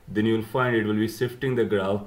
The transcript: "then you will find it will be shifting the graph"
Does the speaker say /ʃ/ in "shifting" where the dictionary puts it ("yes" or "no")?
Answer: no